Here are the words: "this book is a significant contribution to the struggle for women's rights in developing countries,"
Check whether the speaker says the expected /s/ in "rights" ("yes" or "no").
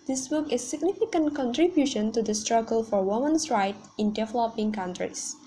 no